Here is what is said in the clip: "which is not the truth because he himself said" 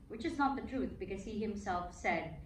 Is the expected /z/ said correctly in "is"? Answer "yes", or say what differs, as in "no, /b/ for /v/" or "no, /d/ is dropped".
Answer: yes